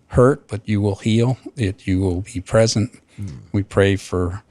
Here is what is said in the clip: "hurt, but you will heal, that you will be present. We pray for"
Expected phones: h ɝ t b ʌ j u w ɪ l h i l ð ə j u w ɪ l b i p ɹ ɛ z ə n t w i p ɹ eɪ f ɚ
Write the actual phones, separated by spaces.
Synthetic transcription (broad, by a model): h ɝ t b ʌ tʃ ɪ w ɪ l h i l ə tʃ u w ɪ l b i p ɹ ɛ z ə n t w i p ɹ eɪ f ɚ